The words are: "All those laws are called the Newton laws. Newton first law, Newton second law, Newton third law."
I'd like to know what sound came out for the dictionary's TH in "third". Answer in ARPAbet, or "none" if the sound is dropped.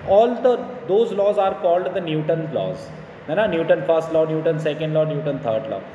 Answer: T